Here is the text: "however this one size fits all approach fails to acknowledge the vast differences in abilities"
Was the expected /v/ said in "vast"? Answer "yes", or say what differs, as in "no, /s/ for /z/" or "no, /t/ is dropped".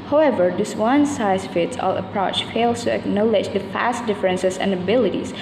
no, /f/ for /v/